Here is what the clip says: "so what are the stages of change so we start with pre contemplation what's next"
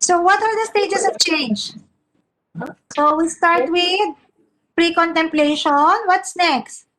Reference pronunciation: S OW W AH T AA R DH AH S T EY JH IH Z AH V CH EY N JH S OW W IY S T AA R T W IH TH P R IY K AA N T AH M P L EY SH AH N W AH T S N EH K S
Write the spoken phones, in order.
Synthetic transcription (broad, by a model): S OW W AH T AA R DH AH S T EY JH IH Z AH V CH EY N JH S OW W IY S T AA R T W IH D P R IY K AA N T AH M P L EY SH AH N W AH T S N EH K S